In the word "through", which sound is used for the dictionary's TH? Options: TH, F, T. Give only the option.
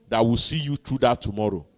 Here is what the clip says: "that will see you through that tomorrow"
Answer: T